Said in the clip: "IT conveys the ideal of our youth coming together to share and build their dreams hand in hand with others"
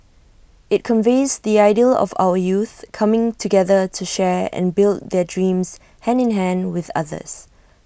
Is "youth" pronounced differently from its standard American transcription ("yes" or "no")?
no